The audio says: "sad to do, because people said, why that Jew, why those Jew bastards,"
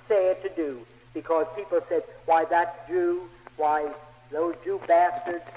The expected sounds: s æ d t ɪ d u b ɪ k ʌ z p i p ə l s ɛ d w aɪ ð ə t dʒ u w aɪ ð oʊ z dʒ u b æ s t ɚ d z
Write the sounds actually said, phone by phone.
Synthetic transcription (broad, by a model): s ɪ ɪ t ɪ d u b ɪ k ʌ z p i p l s ɛ d w aɪ ð ə t dʒ u w aɪ ð oʊ z dʒ u b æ s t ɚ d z